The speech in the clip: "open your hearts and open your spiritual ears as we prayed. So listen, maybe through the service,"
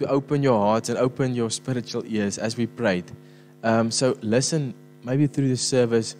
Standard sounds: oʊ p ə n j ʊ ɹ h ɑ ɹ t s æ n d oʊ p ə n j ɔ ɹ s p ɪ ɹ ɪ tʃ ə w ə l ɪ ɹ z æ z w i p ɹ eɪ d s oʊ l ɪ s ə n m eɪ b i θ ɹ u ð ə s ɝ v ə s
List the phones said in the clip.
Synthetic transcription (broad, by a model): oʊ p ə n j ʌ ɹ h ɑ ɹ t s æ n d oʊ p ə n j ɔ s p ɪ ɹ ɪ tʃ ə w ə l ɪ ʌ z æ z w i p ɹ eɪ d s oʊ l ɪ s ə n m eɪ b i θ ɹ u ð ə s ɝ v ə s